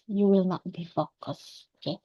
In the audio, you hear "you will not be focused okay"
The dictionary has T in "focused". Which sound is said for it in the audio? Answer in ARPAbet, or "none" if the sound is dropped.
none